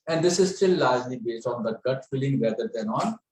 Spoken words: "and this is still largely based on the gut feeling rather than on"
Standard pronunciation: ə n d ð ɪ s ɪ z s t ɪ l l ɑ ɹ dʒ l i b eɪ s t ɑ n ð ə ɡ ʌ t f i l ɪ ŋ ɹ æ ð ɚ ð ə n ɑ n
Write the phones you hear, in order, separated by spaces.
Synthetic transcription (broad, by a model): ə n d ɪ s ɪ z s t ɪ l l ɑ ɹ dʒ l i b eɪ s t ɑ n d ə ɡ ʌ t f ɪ l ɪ ŋ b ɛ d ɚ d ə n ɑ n